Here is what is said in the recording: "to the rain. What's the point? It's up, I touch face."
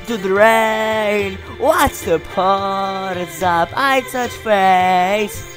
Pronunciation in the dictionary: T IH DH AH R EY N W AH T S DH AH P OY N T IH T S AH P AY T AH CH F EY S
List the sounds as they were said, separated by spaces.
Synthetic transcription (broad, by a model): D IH DH AH R EY N W AH T S DH AH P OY T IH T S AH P AY S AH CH F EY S